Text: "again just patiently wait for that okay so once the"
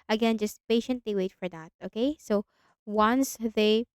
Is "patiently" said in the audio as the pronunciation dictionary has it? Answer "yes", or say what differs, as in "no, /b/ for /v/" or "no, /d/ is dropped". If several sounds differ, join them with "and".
yes